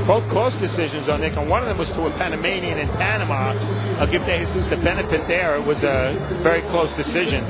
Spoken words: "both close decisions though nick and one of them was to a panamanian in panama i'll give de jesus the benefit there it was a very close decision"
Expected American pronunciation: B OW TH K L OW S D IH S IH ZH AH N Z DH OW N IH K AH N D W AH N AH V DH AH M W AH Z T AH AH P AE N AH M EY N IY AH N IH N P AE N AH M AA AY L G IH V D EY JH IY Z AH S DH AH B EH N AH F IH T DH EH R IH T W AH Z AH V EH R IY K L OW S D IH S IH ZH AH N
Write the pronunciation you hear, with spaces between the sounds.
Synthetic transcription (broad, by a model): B OW TH K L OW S D IH S IH ZH AH N Z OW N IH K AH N W AH N AH V DH AH M W AH Z T AH AH P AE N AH M EY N IY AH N IH N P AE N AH M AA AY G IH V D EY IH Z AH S DH AH B EH N AH F IH T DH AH R IH T W AH Z AH V EH R IY K L OW S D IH S IH ZH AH N